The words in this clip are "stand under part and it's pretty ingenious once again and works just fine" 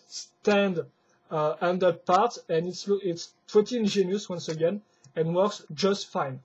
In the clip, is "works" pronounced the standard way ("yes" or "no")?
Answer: yes